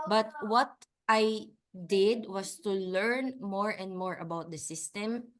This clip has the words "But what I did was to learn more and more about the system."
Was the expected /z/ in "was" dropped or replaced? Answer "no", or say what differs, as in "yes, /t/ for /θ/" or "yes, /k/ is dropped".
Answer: yes, /s/ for /z/